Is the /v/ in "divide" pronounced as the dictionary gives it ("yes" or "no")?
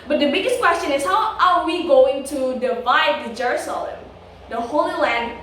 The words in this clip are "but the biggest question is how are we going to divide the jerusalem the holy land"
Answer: yes